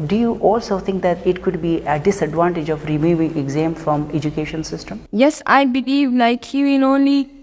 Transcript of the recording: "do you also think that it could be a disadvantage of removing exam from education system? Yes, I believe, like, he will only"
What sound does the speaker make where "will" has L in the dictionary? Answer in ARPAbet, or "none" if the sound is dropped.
N